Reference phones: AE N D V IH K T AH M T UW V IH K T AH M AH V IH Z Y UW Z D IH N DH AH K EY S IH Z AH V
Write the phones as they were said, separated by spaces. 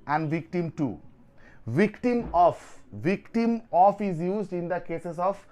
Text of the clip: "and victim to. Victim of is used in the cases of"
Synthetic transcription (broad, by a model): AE N D V IH K T AH M T UW V IH K T AH M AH V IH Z Y UW Z D IH N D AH K EY S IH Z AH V